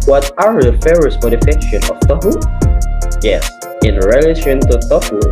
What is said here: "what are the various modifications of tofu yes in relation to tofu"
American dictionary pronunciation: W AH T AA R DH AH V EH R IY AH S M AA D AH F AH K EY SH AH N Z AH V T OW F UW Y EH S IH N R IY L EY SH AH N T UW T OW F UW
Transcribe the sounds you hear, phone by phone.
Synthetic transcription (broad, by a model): W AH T AA R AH F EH R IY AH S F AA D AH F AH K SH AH N AH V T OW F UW Y EH S IH N R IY L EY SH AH N T UW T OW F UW